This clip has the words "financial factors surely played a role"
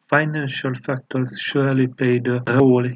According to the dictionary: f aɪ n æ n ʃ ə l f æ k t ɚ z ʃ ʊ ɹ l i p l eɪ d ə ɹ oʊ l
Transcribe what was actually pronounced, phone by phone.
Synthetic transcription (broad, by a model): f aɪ n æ n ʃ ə l f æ k t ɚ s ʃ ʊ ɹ l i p eɪ d ə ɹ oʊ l